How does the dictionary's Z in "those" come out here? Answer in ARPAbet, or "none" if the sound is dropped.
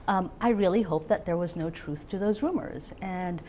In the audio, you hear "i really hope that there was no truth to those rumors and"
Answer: Z